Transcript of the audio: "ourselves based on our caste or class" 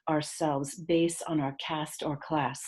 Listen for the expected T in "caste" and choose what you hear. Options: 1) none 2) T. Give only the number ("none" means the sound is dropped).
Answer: 2